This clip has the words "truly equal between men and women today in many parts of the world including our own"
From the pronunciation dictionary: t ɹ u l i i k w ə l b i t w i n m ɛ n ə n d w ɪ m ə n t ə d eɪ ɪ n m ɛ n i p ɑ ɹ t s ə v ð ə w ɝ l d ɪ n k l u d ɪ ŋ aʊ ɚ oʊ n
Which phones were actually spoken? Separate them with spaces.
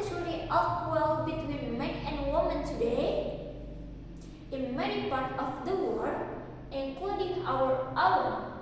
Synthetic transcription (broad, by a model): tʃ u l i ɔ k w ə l b i t w i n m ɛ n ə n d w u m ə n t ə d eɪ ɪ n m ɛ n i p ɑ ɹ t ə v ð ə w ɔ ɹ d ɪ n k l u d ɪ ŋ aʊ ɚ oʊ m